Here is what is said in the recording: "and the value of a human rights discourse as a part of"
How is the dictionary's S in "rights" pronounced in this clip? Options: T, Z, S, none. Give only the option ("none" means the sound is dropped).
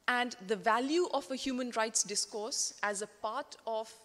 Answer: S